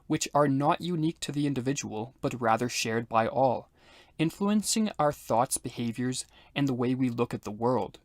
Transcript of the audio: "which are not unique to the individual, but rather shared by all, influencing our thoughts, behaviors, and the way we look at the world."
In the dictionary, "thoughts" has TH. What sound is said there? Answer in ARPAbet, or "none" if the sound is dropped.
TH